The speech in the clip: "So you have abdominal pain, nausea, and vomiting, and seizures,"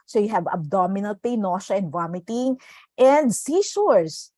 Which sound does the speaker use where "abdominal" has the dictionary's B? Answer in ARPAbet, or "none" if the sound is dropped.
B